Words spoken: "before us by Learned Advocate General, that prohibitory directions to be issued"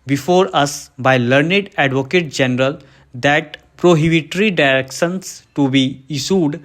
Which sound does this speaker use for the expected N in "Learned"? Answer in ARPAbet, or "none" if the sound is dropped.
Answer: N